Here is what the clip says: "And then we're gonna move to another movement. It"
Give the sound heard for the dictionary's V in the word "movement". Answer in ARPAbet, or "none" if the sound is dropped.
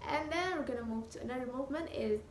V